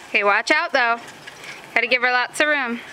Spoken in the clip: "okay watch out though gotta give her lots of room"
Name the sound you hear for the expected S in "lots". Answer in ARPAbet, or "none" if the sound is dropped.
none